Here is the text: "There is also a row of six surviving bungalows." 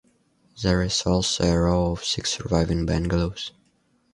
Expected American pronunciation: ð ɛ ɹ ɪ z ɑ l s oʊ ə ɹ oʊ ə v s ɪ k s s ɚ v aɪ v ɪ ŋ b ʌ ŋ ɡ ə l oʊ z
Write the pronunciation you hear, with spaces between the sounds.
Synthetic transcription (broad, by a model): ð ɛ ɹ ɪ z ɑ l s oʊ ə ɹ oʊ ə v s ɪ k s s ɚ v aɪ v ɪ ŋ b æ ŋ ɡ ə l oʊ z